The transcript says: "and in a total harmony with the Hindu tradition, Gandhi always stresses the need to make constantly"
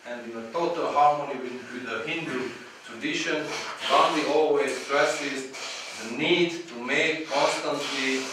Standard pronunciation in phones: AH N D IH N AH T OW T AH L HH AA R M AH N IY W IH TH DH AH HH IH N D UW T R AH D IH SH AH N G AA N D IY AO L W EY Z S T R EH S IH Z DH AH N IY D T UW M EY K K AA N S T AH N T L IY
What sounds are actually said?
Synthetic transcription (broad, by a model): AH N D IH N AH T OW T AH L HH AA R M AH N IY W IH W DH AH HH IH N D UW T R AH D IH SH AH N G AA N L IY AO L W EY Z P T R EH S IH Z DH AH N IY D T UW M EY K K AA N S T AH N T L IY